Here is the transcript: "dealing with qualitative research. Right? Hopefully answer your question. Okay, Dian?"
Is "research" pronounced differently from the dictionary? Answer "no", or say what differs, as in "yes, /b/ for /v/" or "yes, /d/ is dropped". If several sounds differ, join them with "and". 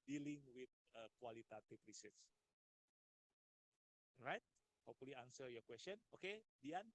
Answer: yes, /s/ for /tʃ/